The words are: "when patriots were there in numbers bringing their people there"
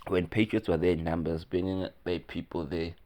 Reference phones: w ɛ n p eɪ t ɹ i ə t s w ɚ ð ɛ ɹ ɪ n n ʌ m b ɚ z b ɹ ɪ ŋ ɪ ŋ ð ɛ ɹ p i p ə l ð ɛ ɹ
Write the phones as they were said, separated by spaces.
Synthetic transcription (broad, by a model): w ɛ n p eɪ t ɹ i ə t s w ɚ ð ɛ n n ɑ m b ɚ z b ɪ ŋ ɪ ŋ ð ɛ p i p ə l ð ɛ